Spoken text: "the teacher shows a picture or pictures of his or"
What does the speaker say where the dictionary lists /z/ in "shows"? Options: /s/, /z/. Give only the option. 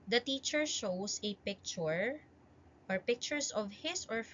/s/